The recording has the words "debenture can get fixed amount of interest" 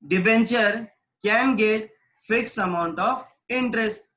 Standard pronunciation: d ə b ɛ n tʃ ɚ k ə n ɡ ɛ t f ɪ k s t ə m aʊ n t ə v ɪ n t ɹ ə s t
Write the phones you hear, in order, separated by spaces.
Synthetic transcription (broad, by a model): d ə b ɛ n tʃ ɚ k ə n ɡ ɛ t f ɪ k s ə m aʊ n t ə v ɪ n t ɹ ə s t